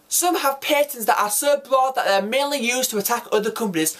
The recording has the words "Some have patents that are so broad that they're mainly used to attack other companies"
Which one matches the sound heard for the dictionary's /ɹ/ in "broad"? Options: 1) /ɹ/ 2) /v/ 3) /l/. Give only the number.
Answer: 1